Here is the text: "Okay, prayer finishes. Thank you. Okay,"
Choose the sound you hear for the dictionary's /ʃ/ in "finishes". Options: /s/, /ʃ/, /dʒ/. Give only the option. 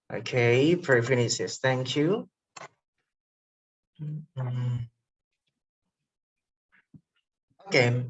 /s/